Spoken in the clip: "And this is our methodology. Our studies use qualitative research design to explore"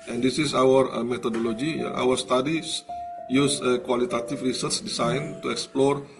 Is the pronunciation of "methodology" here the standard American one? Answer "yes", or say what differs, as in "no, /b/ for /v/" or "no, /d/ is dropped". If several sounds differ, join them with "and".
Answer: no, /t/ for /θ/